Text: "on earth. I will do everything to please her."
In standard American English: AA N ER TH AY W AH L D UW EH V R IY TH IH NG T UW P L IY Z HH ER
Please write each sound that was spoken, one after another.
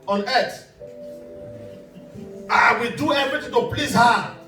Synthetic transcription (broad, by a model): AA N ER T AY W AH D UW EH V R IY T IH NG T UW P L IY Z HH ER